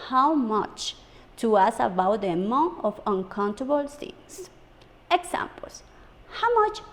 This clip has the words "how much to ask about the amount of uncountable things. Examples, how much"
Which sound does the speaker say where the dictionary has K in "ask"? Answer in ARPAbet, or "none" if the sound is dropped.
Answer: none